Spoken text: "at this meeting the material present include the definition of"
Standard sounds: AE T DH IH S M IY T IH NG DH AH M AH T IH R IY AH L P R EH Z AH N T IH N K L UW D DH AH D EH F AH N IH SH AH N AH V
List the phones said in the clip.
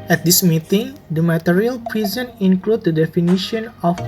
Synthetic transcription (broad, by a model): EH T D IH S M IY T IH NG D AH M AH T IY R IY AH L P R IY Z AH N IH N K L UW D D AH D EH F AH N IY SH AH N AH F